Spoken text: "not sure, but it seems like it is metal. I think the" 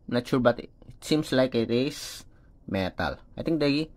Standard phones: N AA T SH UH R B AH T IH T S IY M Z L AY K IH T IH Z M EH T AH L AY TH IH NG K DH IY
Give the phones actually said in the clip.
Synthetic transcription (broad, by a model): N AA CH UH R B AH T IH T S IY M S L AY K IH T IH S M EH T AH L AY T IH NG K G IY